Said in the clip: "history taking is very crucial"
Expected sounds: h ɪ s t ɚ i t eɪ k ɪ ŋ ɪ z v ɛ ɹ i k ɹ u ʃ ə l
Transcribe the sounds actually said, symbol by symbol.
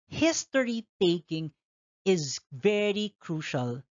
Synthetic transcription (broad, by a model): h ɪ s t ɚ i t eɪ k ɪ ŋ ɪ z v ɛ ɹ i k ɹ u ʃ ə l